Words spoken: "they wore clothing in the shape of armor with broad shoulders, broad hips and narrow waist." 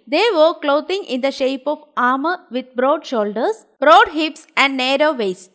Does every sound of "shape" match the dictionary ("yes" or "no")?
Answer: yes